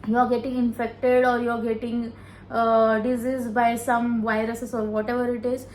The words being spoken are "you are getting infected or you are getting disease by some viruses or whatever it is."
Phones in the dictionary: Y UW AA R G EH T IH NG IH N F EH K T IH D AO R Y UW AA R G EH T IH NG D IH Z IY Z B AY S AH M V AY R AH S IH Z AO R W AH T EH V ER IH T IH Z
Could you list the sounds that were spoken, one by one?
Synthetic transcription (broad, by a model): Y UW AA R G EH T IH NG IH N F EH K T IH D AO R Y UW AA R G EH T IH NG D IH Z IY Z B AY S AH M V AY R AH S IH S AO R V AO T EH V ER IH T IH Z